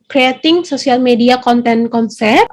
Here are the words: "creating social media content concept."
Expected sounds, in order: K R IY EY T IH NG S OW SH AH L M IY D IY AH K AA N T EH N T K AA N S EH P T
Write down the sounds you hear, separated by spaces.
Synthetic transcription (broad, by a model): K R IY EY T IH NG S OW S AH L M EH D IY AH K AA N T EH N K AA N S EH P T